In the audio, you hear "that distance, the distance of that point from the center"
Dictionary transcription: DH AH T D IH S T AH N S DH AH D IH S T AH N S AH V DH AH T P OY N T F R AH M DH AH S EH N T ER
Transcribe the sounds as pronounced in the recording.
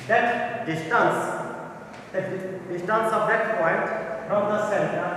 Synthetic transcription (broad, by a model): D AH T D IH S T AH N S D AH D IH S T AH N S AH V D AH T P OY N T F R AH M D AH S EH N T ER